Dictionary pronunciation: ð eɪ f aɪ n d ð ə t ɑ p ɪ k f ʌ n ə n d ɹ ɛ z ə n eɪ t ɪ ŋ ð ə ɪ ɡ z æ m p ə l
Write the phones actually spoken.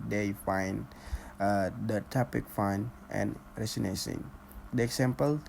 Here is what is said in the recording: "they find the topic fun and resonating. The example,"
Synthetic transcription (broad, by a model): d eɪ f aɪ n d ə t ɑ p ɪ k f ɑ n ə n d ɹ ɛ s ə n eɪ s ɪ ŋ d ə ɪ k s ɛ m p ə l